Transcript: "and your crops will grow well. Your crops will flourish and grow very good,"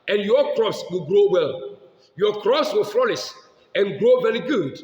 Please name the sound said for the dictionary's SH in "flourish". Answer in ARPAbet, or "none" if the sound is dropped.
S